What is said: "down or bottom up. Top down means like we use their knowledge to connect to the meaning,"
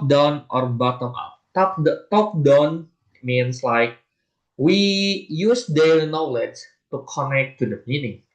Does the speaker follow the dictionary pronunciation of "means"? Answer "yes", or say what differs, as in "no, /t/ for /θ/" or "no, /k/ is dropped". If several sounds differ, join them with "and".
no, /s/ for /z/